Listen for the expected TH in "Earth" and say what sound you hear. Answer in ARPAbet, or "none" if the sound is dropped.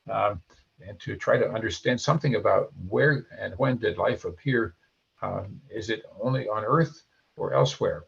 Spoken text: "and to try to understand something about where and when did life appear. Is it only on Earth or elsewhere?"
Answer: TH